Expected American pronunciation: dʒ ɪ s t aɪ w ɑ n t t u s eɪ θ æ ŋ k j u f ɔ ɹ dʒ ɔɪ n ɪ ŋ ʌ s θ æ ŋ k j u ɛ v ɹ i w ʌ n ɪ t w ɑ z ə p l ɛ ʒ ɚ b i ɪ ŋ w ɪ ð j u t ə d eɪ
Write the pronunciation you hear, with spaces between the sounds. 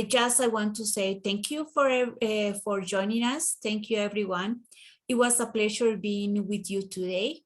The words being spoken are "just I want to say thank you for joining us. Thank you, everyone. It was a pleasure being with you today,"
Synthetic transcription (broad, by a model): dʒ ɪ s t aɪ w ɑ n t t u s eɪ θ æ ŋ k j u f ɔ ɹ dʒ ɔɪ n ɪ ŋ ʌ s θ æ ŋ k j u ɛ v ɹ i w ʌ n ɪ t w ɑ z ə p l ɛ ʃ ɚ b i ɪ ŋ w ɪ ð j u t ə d eɪ